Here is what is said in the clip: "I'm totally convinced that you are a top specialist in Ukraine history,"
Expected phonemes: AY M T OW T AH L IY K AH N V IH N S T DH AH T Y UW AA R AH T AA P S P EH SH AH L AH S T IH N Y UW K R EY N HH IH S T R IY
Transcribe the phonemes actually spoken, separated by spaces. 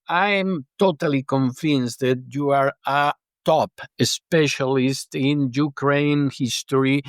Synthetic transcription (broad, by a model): AY M T OW T AH L IY K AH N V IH N S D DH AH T Y UW AA R AH T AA P S P EH SH AH L AH S T IH N Y UW K R EY N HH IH S T R IY